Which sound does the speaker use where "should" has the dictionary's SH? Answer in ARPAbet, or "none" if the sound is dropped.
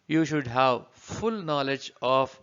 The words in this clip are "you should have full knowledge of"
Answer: SH